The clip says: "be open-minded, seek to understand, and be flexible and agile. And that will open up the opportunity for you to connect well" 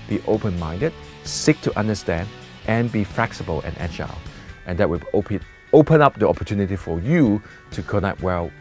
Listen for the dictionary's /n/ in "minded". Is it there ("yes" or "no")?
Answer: yes